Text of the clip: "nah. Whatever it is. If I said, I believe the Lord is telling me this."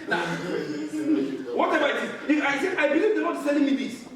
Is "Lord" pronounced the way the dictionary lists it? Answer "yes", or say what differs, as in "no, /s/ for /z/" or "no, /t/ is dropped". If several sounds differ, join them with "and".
no, /n/ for /l/